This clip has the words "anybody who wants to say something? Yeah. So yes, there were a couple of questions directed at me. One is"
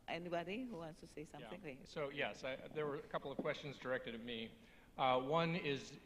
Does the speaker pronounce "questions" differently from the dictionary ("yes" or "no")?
no